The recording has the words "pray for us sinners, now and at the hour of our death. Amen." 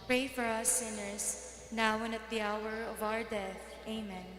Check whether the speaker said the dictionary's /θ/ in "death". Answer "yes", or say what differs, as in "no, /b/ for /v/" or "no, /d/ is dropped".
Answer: yes